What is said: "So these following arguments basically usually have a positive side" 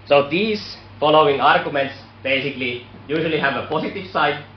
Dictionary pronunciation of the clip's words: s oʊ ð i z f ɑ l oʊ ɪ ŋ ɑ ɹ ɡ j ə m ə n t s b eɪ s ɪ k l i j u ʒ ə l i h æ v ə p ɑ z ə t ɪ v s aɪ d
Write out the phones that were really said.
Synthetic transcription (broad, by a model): s oʊ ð i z f ɑ l oʊ ɪ ŋ ɑ ɹ ɡ j ə m ə n t s b eɪ s ɪ k l i j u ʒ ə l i h æ v ə p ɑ s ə t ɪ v s aɪ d